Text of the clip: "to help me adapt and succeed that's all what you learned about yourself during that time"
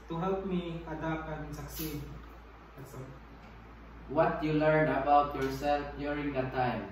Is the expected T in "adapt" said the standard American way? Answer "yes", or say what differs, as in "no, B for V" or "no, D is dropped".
no, T is dropped